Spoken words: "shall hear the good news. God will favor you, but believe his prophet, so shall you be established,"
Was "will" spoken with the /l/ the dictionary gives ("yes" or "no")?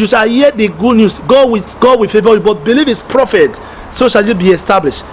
no